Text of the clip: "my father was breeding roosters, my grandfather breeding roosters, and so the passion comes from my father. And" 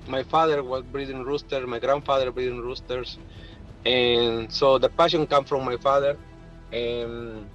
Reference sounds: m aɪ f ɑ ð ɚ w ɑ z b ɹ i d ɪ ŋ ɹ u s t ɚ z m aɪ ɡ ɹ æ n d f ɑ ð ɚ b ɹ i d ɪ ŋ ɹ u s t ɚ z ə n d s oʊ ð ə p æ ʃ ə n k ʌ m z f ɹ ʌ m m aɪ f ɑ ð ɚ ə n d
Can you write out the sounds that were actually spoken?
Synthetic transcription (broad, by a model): m aɪ f ɑ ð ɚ w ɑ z b ɹ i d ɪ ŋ ɹ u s t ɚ m aɪ ɡ ɹ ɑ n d f ɑ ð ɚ b ɹ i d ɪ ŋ ɹ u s t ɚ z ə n s oʊ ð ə p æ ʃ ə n k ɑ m f ɹ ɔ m m aɪ f ɑ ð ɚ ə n